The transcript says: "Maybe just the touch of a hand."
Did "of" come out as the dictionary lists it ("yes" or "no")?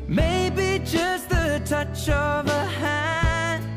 yes